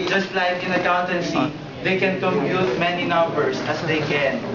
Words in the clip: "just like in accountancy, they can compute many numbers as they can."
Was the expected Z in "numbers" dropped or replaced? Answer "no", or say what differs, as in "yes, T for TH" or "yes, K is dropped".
yes, S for Z